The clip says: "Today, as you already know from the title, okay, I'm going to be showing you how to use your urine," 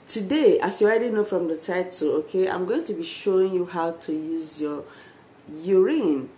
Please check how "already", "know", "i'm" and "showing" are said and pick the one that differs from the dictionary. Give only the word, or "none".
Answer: already